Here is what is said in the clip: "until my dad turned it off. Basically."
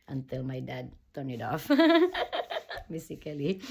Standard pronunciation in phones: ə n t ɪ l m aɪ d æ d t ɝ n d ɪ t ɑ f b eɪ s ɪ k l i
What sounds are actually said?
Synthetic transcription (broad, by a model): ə n t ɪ l m aɪ d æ d t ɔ n ɪ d ɑ f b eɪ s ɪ k l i